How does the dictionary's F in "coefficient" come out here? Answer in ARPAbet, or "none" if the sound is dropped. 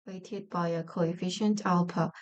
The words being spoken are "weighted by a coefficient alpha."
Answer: F